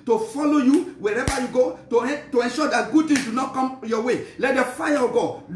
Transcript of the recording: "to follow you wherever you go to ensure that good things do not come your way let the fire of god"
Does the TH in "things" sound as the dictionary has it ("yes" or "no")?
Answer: no